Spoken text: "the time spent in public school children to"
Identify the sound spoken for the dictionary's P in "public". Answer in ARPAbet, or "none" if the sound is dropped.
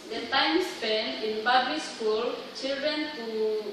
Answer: B